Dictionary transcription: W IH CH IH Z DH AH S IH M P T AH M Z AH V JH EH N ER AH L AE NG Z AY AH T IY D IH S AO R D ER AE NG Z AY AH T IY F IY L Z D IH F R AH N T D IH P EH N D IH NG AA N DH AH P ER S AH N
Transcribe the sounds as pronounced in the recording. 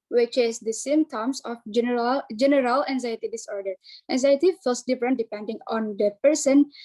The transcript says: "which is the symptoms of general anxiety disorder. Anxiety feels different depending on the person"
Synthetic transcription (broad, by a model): W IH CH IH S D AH S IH M T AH M S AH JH JH EH N ER AH L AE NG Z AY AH T IY D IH S AO R D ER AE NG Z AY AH T IY F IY L S D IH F R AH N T D IH P EH N D IH NG AA N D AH P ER S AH N